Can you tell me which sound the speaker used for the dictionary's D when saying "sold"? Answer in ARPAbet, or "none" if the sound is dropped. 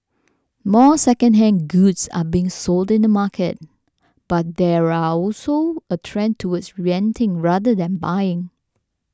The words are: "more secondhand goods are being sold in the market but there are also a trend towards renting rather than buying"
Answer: D